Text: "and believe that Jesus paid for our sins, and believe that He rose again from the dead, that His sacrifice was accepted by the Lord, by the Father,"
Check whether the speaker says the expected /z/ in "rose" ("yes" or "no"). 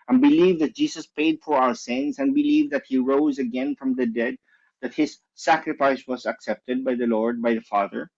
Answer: yes